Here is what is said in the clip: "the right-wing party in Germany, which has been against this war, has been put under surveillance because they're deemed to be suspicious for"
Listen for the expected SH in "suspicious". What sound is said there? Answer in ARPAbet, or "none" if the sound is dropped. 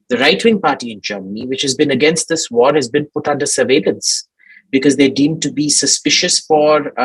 SH